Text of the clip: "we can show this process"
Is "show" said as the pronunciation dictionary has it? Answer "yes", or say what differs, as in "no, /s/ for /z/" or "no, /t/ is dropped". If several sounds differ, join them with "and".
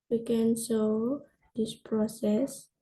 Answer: no, /s/ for /ʃ/